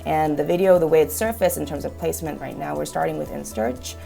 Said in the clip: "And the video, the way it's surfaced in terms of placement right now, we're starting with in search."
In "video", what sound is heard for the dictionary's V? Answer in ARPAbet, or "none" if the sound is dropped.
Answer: V